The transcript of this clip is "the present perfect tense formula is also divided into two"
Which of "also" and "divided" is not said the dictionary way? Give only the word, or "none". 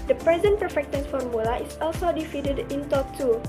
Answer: divided